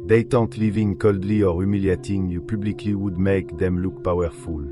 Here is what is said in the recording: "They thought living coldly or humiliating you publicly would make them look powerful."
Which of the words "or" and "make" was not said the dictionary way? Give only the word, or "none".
none